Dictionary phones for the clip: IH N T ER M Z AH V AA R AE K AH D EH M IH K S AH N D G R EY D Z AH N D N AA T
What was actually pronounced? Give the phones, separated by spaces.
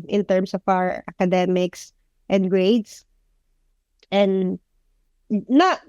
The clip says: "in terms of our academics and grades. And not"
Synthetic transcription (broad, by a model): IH N T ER M S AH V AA W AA K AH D EH M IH K S AH N D G R EY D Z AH N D N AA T